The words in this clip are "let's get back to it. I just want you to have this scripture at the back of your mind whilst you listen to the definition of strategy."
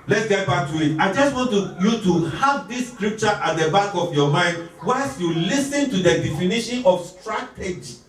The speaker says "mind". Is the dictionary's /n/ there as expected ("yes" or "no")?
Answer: yes